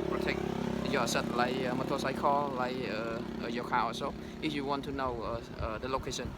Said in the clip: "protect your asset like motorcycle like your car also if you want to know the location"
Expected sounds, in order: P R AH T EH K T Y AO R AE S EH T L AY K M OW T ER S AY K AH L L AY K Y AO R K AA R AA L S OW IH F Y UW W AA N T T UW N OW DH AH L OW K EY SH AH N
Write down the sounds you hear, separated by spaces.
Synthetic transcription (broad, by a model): P R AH T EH K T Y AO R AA S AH T L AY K M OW T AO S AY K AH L L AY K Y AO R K AA W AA S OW IH F Y UW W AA N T T UW N OW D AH L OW K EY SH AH N